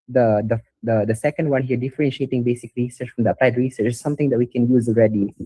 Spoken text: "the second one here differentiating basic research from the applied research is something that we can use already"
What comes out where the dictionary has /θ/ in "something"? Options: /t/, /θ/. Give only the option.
/t/